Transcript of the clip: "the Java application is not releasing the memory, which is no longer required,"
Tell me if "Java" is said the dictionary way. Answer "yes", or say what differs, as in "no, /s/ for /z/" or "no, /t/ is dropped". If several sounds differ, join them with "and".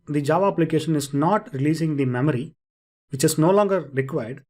yes